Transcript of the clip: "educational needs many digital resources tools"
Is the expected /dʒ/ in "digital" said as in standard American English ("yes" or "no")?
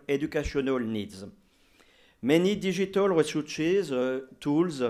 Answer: no